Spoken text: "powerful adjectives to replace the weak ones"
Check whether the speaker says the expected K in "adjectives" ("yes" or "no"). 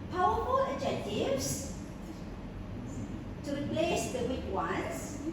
no